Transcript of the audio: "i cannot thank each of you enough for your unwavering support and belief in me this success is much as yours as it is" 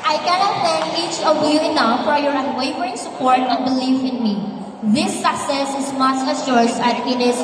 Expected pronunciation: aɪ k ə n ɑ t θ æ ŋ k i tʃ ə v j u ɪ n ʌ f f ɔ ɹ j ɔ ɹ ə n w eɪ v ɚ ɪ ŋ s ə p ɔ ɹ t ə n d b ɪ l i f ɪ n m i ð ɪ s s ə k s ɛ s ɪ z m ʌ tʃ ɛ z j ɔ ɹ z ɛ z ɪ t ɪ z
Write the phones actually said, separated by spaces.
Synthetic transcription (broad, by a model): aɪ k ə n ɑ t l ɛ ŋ i tʃ ə v j u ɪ n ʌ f f ɔ ɹ j ɔ ɹ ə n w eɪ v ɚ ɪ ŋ s ə p ɔ ɹ t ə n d b ɪ l i f ɪ n m i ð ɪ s s ə k s ɛ s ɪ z m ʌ s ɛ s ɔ ɹ s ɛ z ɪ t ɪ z